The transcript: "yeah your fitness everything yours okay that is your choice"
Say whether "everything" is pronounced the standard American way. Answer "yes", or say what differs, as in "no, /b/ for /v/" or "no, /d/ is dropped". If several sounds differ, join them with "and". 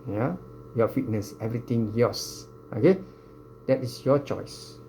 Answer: no, /t/ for /θ/